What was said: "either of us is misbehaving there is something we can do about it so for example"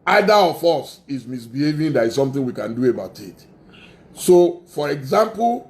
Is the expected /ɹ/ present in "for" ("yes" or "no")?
yes